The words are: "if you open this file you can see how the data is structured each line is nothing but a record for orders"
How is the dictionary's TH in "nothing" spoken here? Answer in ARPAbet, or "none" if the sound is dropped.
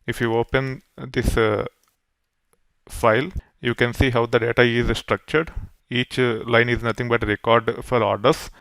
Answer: T